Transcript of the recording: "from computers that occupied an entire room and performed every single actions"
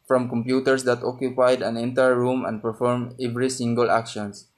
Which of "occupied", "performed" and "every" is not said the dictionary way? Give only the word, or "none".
performed